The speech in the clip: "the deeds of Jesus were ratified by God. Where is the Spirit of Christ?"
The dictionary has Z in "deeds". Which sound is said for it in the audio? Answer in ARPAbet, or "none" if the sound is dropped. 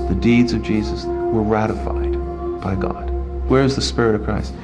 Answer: Z